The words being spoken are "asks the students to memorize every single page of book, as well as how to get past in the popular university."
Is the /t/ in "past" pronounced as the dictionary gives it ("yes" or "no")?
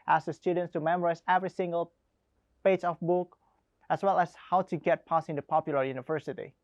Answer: no